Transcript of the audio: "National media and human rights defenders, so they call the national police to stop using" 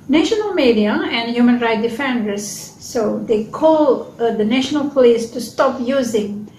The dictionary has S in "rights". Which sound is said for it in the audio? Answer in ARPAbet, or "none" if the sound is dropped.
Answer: none